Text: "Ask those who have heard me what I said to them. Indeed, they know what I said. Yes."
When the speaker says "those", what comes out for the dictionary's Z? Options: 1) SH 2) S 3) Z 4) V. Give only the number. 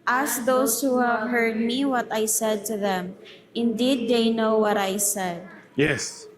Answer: 2